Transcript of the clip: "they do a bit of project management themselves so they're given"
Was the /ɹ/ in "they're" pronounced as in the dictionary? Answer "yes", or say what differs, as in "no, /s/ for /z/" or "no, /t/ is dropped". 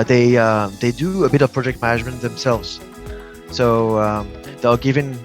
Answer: no, /l/ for /ɹ/